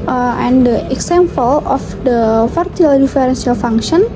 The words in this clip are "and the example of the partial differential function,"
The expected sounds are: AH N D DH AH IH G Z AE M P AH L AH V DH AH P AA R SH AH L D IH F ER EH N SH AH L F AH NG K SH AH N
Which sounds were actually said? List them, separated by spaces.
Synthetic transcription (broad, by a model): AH N D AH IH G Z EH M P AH L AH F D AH F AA R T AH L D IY F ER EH N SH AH L F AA NG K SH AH N